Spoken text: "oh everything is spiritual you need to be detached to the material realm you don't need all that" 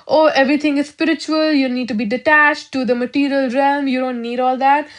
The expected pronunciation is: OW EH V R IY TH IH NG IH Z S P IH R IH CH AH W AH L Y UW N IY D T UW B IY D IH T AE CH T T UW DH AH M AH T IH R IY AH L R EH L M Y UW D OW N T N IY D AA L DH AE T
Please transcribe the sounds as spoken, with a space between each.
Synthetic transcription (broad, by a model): OW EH V R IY T IH NG IH Z S P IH R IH CH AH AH L Y UW N IY D T UW B IY D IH T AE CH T T UW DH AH M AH T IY R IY AH L R EH L M Y UW D OW N T N IY D AA L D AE T